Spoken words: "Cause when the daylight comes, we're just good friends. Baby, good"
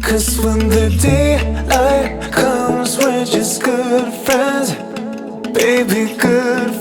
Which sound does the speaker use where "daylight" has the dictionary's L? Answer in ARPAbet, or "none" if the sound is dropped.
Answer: none